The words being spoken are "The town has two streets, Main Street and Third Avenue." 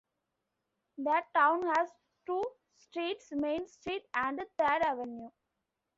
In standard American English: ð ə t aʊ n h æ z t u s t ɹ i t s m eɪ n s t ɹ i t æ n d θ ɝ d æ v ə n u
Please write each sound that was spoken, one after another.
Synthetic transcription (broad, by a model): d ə t aʊ n h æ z t u s t ɹ i t s m eɪ n s t ɹ i t æ n d t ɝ d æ v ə n u